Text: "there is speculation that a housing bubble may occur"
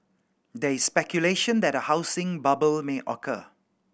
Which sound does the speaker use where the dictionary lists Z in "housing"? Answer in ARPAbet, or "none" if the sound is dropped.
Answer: S